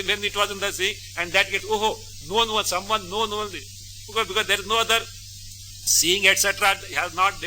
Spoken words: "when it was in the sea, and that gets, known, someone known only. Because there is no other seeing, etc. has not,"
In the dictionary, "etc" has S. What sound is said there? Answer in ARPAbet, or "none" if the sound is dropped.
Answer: S